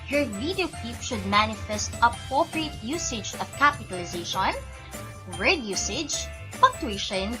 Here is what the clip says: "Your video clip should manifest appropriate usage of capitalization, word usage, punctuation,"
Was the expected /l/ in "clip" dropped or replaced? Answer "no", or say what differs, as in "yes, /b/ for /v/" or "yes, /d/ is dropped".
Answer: yes, /l/ is dropped